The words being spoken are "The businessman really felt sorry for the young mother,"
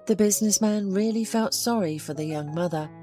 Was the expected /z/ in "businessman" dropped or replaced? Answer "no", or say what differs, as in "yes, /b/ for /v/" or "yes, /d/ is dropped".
no